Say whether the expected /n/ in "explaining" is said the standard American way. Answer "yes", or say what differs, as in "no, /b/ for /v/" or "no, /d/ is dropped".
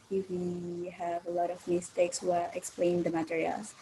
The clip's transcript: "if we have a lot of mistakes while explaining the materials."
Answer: no, /n/ is dropped